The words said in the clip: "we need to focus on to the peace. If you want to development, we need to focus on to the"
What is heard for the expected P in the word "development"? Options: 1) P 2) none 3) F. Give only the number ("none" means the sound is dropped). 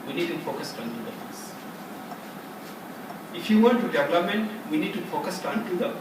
2